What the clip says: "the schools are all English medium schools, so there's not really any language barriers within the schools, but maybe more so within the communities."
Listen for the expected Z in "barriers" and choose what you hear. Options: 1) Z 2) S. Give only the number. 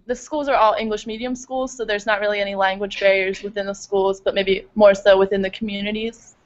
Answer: 1